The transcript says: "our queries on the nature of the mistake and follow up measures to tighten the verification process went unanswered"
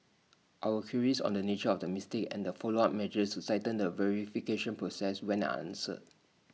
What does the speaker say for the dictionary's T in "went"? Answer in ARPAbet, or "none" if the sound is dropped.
none